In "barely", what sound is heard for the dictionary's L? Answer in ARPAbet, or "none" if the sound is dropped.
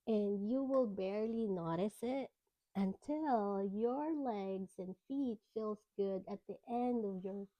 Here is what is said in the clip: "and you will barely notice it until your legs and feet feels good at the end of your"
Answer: L